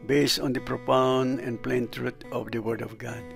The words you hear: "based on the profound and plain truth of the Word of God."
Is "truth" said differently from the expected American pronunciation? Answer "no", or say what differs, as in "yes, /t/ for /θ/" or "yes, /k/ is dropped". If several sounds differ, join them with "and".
yes, /t/ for /θ/